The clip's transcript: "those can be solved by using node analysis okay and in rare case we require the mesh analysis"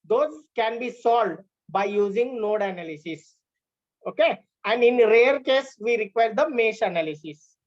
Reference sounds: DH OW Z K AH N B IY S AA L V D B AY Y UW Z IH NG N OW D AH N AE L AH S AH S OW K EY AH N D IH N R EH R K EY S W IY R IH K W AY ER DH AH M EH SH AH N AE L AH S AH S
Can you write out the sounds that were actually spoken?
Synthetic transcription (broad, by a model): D OW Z K AH N B IY S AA L D B AY Y UW Z IH NG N OW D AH N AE L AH S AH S OW K EY AH N D IH N R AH R K EY S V IY R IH K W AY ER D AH M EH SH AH N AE L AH S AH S